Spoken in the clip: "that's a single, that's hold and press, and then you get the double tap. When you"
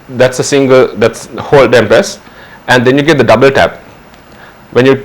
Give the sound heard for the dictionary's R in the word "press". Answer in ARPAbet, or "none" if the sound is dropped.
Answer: none